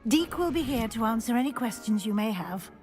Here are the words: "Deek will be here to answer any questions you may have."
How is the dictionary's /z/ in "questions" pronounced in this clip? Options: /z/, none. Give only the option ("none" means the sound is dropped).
/z/